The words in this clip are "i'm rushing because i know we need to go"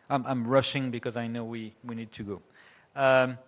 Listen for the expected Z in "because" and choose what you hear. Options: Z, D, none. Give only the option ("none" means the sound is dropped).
Z